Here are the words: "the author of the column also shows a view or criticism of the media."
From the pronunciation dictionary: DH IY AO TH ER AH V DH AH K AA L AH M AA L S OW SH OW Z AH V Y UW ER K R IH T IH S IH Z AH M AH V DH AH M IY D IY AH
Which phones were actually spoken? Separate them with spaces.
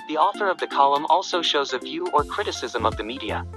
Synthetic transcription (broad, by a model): DH IY AO TH ER AH V DH AH K AA L AH M AA L S OW SH OW Z AH V Y UW ER K R IH T IH S IH Z AH M AH V DH AH M IY D IY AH